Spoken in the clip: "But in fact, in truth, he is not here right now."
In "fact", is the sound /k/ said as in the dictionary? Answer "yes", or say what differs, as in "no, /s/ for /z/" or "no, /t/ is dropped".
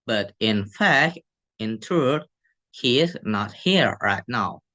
yes